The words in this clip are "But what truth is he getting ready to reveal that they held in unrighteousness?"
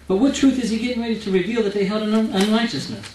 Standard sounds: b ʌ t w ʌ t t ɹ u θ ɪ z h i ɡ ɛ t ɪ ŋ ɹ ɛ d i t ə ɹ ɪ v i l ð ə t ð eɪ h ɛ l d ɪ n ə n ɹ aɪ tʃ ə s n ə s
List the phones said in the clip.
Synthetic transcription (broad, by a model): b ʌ t w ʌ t t ɹ u θ ɪ z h i ɡ ɛ t ɪ ŋ ɹ ɛ d i t ə ɹ ɪ v i l ð ə t ð eɪ h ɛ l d ɪ n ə n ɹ aɪ tʃ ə s n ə s